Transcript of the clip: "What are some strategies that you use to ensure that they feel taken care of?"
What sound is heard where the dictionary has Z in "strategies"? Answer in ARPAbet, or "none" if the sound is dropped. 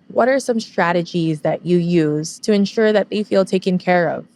Z